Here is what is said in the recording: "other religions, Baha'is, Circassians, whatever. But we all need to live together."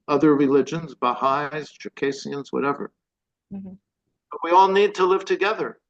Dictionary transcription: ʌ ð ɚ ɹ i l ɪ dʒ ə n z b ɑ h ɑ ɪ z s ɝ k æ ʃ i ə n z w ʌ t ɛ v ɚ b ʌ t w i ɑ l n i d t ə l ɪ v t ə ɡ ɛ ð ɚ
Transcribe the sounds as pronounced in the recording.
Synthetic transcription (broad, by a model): ʌ ð ɚ ɹ i l ɪ dʒ ə n z b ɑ h ɑ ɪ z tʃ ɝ k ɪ s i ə n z w ʌ t ɛ v ɚ b ʌ t w i ɑ l n i d t ə l ɪ v t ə ɡ ɛ ð ɚ